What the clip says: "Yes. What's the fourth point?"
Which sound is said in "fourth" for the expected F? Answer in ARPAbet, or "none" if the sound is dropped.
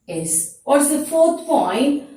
F